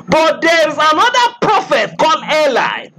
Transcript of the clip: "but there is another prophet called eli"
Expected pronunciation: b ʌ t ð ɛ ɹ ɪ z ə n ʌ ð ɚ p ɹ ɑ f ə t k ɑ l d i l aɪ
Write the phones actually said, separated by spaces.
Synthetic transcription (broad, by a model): b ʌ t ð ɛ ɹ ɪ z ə n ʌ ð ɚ p ɹ ɑ f ə t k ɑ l ɛ l aɪ